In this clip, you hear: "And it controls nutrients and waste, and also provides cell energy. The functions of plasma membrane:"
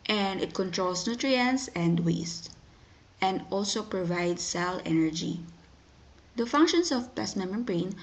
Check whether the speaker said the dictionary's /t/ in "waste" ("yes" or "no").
yes